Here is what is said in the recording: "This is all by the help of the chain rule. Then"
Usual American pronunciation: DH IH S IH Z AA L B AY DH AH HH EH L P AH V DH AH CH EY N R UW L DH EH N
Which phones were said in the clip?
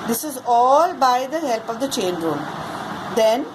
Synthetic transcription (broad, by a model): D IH S IH Z AA L B AY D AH HH EH L P AH V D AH CH EY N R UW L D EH N